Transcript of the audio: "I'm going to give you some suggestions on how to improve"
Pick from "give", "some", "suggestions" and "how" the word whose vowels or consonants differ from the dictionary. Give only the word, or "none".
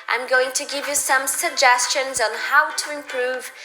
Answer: none